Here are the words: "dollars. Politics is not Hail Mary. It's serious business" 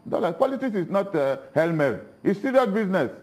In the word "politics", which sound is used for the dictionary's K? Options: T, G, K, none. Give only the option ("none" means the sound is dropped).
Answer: none